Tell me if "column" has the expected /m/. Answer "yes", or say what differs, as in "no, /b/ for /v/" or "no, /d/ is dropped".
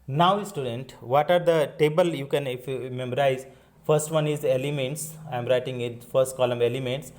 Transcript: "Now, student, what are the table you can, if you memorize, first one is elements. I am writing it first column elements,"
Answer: yes